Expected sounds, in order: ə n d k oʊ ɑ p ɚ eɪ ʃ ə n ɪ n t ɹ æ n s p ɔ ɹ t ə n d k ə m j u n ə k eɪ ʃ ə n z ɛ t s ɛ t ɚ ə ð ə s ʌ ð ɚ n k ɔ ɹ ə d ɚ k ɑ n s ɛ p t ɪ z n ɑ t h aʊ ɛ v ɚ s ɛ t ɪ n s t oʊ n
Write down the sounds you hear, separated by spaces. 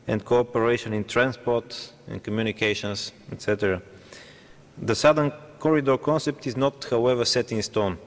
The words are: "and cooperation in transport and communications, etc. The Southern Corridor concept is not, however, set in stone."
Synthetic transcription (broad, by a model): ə n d k oʊ ɑ p ɚ eɪ ʃ ə n ɪ n t ɹ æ n s p ɔ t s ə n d k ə m j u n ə k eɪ ʃ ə n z ɛ t s ɛ t ɚ ə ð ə s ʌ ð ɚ n k ɔ ɹ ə d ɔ k ɑ n s ɛ p t ɪ z n ɑ t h aʊ ɛ v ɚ s ɛ t ɪ n s t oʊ n